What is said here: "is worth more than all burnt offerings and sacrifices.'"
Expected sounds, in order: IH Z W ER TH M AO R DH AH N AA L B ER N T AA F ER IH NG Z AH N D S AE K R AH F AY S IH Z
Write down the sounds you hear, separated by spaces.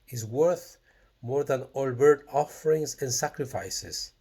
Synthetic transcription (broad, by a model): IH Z W ER TH M AO R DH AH N AA L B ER T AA F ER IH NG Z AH N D S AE K R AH F AY S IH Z